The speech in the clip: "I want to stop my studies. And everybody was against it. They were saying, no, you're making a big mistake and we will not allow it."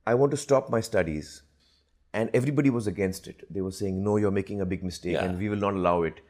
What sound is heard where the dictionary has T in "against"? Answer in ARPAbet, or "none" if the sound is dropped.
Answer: T